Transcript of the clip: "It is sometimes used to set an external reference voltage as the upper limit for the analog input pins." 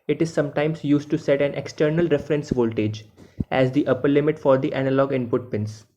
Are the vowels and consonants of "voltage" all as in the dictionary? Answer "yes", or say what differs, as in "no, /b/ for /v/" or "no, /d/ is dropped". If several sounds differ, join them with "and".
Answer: yes